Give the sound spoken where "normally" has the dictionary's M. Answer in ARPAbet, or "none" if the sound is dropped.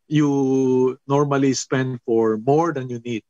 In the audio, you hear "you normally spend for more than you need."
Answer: M